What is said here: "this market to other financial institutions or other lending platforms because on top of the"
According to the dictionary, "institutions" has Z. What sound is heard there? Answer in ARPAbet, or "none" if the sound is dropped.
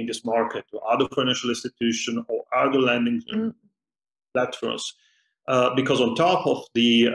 none